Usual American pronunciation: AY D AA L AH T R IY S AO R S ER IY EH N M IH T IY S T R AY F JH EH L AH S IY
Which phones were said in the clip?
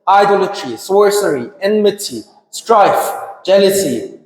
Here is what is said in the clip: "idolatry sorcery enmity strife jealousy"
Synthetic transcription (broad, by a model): AY D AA L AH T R IY S AO R S ER IY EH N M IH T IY S T R AY F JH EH L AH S IY